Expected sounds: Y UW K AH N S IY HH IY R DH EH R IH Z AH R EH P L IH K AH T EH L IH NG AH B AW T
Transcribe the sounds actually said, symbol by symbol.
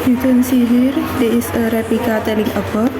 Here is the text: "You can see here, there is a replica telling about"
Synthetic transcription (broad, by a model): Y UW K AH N S IY HH IY R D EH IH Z AH R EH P IH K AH T EH L IH NG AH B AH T